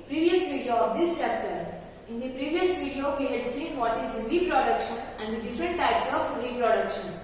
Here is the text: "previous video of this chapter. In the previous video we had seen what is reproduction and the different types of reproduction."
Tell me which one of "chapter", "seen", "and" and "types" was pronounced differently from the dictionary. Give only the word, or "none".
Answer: none